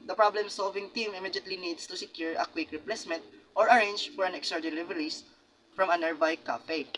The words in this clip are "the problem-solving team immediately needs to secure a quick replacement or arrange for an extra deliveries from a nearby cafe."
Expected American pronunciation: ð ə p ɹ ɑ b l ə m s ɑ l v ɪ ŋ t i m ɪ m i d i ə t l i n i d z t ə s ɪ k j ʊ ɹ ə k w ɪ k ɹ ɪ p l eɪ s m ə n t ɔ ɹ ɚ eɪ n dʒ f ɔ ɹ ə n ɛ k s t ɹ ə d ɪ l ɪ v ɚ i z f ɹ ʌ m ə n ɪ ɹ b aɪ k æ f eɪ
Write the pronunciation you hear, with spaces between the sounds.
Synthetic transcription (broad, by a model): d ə p ɹ ɑ b l ə m s ɑ l v ɪ ŋ t i m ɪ m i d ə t l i n i d s t ə s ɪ k j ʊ ɹ ə k w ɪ k ɹ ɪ p l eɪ s m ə n t ɔ ɹ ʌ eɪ n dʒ f ɔ ɹ ə n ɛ k s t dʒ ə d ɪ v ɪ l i s f ɹ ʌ m ə n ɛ ɹ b aɪ k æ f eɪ